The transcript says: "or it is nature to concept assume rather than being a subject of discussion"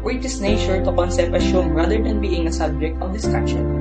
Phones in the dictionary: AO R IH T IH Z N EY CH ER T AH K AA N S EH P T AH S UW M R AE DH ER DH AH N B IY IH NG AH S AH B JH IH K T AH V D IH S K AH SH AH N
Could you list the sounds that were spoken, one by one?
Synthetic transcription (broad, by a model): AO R IH T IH S N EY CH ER T AH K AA N S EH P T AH SH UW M R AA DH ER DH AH N B IY IH NG AH S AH B JH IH K T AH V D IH S K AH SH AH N